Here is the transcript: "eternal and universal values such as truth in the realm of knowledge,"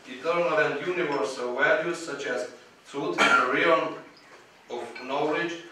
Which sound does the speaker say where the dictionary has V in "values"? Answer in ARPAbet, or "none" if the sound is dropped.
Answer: W